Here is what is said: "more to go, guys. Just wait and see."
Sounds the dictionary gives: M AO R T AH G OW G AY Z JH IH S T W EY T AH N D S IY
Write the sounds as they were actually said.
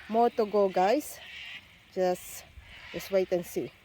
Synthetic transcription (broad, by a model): M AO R T AH G OW G AY S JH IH S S W EY T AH N S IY